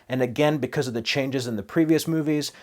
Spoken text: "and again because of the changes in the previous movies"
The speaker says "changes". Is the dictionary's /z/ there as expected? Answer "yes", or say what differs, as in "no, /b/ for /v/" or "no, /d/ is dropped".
yes